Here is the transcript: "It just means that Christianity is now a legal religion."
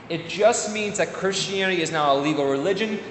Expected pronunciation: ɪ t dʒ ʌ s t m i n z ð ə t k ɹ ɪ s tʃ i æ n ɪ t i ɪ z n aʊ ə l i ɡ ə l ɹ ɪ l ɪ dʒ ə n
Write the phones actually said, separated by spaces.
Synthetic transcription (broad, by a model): ɪ t dʒ ʌ s t m i n z ð ə t k ɹ ɪ s tʃ i æ n ɪ t i ɪ z n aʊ ə l i ɡ l ɹ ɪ l ɪ dʒ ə n